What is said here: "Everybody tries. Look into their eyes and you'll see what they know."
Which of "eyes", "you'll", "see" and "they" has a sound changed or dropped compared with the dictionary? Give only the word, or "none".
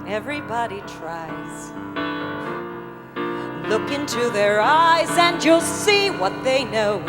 none